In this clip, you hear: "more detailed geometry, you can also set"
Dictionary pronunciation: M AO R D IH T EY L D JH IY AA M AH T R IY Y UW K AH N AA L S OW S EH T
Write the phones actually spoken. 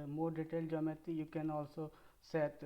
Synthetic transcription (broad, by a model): M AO R D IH T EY L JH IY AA M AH T IY Y UW K AH N AA L S OW S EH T